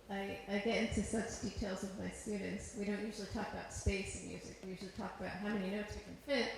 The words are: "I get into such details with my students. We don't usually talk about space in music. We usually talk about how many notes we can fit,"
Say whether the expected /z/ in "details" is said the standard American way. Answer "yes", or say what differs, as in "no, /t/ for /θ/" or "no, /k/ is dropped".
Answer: yes